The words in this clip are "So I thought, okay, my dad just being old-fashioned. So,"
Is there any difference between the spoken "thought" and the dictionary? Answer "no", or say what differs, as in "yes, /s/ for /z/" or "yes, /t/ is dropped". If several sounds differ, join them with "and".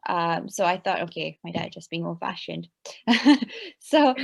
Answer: no